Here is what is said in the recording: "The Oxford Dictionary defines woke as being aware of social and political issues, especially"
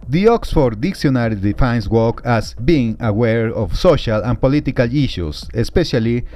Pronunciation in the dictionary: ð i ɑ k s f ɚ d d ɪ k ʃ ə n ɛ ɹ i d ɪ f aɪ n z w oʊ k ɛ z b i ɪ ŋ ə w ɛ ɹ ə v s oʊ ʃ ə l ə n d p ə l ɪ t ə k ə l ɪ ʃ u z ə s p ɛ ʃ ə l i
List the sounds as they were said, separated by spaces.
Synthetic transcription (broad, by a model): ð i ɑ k s f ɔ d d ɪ k s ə n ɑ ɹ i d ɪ f aɪ n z w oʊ k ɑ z b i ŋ ə w ɛ ɹ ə f s oʊ ʃ ə l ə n p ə l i t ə k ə l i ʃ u s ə s p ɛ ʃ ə l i